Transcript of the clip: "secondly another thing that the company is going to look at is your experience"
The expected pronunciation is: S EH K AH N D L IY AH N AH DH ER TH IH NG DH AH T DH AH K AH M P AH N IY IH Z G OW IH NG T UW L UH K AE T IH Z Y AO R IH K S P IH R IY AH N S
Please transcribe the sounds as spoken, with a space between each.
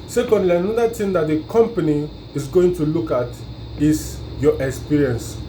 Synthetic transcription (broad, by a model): S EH K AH N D L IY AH N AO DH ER T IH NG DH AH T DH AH K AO M P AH N IY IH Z G OW IH NG T UW L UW K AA T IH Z Y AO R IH K S P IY R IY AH N S